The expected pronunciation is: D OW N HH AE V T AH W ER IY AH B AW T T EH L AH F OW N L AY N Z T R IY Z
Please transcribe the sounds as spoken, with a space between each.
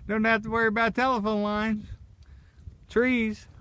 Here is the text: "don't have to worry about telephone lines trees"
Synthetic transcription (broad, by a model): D OW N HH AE F T AH W ER IY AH B AW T T EH L AH F OW N L AY N Z T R IY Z